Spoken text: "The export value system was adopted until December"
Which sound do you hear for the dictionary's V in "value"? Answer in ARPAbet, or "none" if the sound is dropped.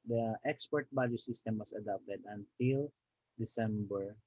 B